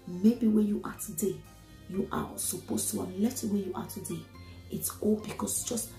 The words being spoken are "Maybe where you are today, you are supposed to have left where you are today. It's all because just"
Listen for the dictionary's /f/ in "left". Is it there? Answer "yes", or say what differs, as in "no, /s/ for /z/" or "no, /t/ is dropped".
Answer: no, /f/ is dropped